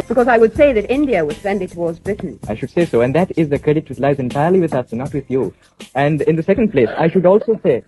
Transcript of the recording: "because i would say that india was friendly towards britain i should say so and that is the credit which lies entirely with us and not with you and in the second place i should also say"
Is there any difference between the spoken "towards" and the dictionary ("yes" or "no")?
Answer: no